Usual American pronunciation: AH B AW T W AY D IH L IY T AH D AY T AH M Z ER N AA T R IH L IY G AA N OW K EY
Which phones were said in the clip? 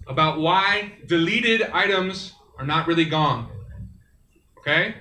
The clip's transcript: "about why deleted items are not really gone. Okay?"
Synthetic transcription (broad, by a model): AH B AW T W AY D IH L IY T AH D AY T AH M Z ER N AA T R IH L IY G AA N OW K EY